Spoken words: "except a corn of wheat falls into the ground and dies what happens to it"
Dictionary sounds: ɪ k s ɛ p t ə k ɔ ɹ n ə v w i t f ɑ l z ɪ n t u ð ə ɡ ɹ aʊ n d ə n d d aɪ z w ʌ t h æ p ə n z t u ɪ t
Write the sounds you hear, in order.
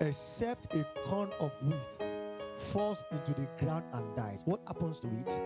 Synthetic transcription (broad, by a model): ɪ k s ɛ p t ə k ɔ n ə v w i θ f ɑ l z ɪ n t u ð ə ɡ ɹ aʊ n d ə n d d aɪ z w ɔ t h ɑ p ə n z t u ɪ t